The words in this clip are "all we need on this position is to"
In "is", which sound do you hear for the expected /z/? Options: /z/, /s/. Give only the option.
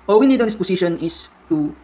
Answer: /s/